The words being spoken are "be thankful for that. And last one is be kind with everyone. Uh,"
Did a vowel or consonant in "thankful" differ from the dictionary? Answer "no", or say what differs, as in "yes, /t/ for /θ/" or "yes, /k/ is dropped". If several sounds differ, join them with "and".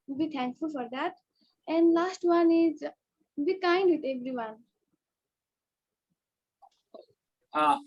yes, /t/ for /θ/